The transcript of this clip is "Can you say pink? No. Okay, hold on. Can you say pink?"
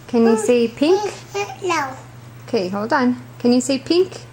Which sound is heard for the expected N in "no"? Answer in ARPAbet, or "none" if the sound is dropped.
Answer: L